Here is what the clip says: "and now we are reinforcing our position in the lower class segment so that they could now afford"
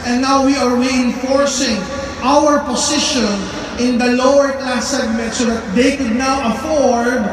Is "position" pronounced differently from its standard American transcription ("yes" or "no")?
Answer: yes